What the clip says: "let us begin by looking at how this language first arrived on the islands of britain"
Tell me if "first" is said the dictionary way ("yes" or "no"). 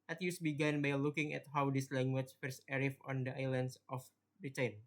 no